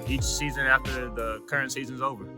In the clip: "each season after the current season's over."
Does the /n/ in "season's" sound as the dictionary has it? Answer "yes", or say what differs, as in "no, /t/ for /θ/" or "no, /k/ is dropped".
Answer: yes